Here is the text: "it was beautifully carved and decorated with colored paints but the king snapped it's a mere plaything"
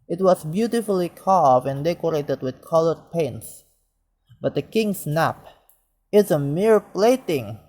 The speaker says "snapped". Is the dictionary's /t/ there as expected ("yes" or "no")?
no